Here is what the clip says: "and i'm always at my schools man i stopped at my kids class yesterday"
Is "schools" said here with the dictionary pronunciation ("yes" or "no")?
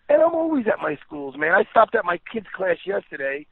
yes